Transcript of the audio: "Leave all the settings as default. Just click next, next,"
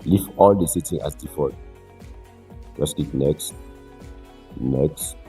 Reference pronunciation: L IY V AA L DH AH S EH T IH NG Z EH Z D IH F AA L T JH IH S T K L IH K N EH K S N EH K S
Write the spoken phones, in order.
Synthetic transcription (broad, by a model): L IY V AA L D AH S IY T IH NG AA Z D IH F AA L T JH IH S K IY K N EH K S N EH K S